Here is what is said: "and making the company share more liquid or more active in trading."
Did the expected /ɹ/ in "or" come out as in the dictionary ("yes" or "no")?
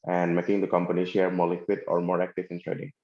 yes